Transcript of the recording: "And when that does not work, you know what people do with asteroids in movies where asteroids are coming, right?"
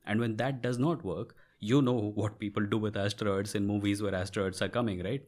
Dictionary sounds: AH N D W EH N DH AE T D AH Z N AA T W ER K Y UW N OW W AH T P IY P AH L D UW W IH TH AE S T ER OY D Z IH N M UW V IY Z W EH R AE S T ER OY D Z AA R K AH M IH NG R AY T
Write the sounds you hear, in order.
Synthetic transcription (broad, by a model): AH N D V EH N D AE T D AH Z N AA T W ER K Y UW N OW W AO T P IY P AH L D UW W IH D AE S T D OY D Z IH N M UW V IY Z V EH R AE S T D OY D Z AA R K AH M IH NG R AY T